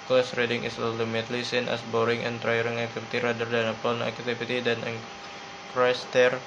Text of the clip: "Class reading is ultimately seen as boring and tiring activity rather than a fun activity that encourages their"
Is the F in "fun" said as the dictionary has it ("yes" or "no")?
no